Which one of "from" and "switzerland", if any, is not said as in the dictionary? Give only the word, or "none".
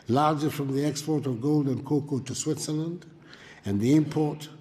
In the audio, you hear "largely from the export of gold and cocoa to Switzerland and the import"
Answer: none